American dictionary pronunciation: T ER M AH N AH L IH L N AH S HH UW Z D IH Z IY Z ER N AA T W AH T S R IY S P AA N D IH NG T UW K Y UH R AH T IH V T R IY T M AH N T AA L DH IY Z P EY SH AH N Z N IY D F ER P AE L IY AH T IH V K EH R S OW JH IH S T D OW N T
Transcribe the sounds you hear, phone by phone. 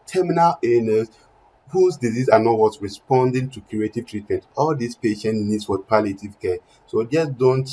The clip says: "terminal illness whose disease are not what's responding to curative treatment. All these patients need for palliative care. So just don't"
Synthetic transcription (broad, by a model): T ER M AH N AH L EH N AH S HH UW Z D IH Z IY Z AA N AA T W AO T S R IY S P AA N D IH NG T UW K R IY AH T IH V T R IY T M AH N T AA L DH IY S P EY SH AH N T N IY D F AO P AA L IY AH T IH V K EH S OW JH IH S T D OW N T